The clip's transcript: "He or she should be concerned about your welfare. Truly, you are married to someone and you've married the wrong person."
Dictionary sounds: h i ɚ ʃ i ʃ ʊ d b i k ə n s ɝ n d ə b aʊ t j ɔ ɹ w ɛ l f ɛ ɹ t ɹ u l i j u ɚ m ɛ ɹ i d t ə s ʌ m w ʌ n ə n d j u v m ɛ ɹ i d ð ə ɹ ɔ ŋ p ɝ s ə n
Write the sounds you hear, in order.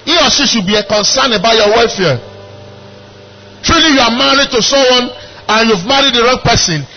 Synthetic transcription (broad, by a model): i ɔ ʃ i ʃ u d b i k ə n s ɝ n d ə b aʊ t j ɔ w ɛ f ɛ t ɹ u l i j u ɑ m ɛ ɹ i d t ə s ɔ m w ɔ n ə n j u v m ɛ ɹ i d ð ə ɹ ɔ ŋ p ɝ s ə n